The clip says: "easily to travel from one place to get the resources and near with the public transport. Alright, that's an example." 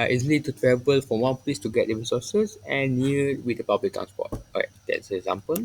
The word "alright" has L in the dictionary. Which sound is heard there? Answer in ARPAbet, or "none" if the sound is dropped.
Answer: none